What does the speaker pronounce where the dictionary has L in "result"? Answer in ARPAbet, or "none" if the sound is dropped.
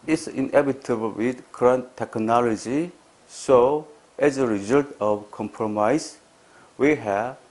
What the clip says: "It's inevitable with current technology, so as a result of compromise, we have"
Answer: L